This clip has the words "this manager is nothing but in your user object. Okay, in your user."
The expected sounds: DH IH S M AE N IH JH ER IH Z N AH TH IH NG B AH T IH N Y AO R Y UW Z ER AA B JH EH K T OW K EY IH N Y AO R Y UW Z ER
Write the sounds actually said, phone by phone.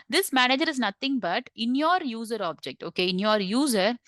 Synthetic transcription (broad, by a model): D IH S M AE N IH JH ER IH Z N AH T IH NG B AH T IH N Y AO R Y UW Z ER AA B JH EH K T OW K EY IH N Y AO R Y UW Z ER